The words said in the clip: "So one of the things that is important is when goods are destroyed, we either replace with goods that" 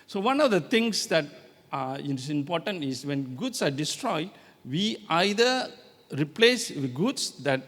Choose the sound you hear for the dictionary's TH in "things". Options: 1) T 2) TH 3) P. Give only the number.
1